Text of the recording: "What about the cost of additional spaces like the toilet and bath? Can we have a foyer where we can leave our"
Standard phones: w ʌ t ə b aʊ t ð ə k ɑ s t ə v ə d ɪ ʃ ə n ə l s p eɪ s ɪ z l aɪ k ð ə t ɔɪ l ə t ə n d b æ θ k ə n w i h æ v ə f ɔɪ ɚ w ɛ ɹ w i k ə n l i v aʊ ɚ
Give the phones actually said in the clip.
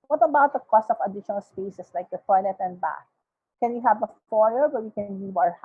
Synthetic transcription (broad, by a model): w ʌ t ə b aʊ t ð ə k ɑ s t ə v ə d ɪ ʃ ə n ə l s p eɪ s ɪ s l aɪ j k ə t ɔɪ n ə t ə n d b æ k k ə n w i h æ v ə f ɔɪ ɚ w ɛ w i k ə n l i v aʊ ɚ